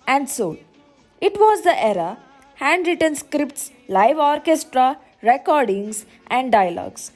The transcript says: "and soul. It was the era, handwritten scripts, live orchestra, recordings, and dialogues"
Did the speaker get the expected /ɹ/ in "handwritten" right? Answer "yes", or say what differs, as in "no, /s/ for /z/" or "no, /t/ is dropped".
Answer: yes